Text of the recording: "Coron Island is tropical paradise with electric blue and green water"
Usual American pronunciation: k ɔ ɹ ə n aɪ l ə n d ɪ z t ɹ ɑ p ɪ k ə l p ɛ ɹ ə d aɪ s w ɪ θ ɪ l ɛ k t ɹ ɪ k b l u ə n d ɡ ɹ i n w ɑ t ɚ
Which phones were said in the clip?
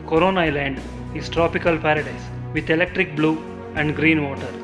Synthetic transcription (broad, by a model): k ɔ ɹ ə n aɪ l ə n d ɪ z t ɹ ɑ p ɪ k ə l p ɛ ɹ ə d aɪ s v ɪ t ɪ l ɛ k t ɹ ɪ k b l u ə n d ɡ ɹ i n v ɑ t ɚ